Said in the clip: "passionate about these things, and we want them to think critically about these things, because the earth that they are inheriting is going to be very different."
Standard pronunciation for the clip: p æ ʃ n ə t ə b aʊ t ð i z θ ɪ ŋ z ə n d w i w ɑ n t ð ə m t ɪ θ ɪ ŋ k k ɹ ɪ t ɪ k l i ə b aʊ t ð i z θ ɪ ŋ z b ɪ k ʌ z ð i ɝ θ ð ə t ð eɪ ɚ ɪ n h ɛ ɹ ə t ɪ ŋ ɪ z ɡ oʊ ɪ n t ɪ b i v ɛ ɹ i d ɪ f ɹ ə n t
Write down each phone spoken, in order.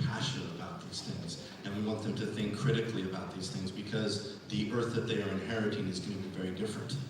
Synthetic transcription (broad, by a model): p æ ʃ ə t ə b aʊ t ð i z θ ɪ ŋ z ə n w i w ɑ n t ð ə m t ɪ θ ɪ ŋ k k ɹ ɪ t ɪ k l i ə b aʊ t ð i z θ ɪ ŋ z b ɪ k ʌ z ð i ɝ θ ð ə t ð eɪ ɚ ɪ n h ɛ ɹ ə t ɪ ŋ ɪ z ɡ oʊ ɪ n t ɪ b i v ɛ ɹ i d ɪ f ɹ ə n t